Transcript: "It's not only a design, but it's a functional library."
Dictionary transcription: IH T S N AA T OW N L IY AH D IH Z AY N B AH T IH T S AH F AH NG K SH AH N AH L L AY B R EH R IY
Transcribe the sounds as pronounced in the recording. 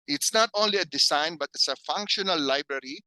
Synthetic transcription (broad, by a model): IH T S N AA T OW N L IY AH D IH S AY N B AH T IH T S AH F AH NG K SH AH N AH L L AY B R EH R IY